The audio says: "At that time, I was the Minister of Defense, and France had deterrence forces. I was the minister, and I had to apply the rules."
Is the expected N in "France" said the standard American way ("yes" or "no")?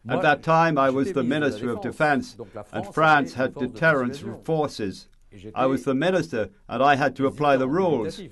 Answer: yes